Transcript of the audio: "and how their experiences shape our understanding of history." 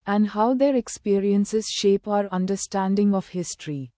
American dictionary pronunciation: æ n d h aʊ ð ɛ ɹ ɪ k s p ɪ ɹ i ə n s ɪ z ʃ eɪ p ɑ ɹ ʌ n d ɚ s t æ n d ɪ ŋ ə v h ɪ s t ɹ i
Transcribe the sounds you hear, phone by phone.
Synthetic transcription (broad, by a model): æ n d h aʊ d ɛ ɹ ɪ k s p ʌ ɹ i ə n s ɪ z ʃ eɪ p ɑ ɹ ʌ n d ɚ s t æ n d ɪ ŋ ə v h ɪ s t ɹ i